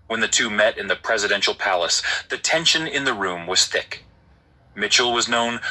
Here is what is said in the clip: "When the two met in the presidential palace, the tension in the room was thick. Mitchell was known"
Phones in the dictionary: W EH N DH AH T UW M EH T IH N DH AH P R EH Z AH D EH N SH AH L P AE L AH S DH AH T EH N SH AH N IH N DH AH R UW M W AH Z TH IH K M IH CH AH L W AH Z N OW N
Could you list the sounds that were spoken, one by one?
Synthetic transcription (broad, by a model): W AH N DH AH T UW M EH T IH N DH AH P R EH Z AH D EH N SH L P AE L AH S DH AH T EH N SH AH N IH N DH AH R UW M W AH Z TH IH K M IH CH L W AH Z N OW N